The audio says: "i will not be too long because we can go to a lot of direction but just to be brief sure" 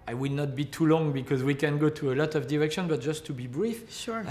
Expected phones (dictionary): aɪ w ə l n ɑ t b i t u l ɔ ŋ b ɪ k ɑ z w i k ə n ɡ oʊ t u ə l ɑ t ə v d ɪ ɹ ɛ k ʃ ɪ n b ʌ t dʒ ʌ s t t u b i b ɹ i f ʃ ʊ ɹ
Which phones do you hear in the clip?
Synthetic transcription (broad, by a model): aɪ w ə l n ɑ t b i t u l ɔ ŋ b ɪ k ɑ z w i k ə n ɡ oʊ t u ə l ɑ t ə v d ɪ ɹ ɛ k ʃ ɪ n b ʌ t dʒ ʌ s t t u b i b ɹ i f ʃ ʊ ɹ